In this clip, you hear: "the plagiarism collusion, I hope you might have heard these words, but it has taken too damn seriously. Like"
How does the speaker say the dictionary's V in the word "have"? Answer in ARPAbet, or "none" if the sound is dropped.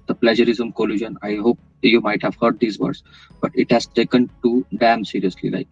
V